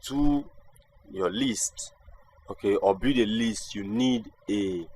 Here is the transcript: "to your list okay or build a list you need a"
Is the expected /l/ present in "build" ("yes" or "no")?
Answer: no